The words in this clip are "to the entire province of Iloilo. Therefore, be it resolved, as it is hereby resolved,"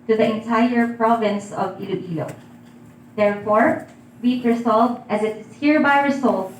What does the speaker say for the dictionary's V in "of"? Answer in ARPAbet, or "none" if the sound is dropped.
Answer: V